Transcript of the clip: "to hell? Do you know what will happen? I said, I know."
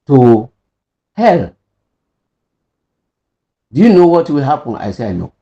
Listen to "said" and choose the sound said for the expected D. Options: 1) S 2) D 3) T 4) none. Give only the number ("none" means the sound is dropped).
4